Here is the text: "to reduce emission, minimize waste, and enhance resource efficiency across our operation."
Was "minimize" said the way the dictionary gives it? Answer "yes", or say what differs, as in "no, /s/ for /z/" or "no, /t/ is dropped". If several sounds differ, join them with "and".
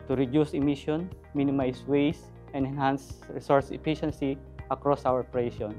no, /s/ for /z/